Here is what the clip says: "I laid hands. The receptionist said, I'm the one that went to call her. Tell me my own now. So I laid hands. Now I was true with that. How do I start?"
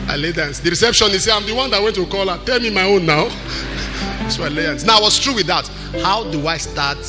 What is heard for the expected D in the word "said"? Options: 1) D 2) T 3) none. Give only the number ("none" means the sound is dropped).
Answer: 3